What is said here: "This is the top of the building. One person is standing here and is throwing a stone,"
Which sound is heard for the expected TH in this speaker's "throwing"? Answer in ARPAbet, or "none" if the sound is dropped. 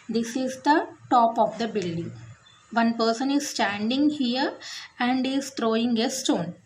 T